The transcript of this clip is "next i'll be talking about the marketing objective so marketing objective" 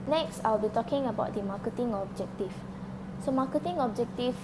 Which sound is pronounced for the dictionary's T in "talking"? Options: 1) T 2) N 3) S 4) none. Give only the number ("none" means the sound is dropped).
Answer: 1